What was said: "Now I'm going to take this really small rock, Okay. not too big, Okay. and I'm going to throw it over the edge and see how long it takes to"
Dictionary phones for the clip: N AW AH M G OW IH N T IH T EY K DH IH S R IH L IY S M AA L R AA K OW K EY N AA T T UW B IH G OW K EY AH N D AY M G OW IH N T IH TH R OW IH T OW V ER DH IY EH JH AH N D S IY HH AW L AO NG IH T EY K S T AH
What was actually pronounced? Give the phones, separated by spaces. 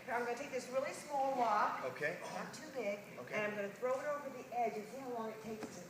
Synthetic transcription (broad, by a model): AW AH M G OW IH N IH T EY K DH IH S R IH L IY S M AA L W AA OW K EY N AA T T UW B IH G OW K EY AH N AY M G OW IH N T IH TH R OW IH T OW V ER DH IY EH JH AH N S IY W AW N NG IH T EY K S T